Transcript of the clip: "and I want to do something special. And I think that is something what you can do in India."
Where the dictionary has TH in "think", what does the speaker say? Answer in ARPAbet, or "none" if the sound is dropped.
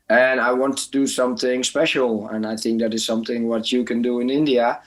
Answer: TH